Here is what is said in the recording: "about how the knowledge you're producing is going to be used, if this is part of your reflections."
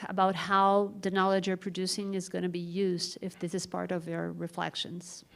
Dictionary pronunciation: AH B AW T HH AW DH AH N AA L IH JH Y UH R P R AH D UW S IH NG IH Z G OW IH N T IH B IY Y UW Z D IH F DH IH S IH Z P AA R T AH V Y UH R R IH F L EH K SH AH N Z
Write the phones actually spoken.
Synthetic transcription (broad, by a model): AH B AW T HH AW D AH N AA L IH JH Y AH R P R AH D UW S IH NG IH Z G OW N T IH B IY Y UW Z D IH F DH IH S IH Z P AA R T AH V Y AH R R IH F L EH K SH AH N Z